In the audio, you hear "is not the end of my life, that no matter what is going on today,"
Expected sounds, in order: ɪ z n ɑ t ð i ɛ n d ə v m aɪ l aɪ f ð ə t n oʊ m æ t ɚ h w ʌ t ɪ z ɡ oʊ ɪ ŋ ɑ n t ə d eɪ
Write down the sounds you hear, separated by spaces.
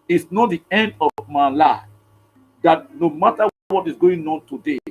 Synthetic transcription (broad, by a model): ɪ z n ɑ t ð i ɛ n d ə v m aɪ l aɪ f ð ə t n oʊ m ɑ t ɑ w w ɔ t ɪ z ɡ oʊ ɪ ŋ ɑ n t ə d eɪ